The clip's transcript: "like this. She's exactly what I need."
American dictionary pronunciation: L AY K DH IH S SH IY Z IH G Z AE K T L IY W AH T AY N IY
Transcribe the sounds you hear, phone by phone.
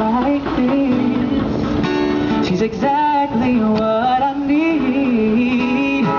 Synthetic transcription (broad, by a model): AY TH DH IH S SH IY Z IH G Z AE K T L IY W AH T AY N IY